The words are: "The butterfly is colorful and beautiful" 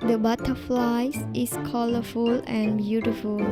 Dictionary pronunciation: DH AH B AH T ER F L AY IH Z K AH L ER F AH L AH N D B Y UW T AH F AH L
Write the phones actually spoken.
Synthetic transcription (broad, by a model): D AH B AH T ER F L AY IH S K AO L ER F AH L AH N B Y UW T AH F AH L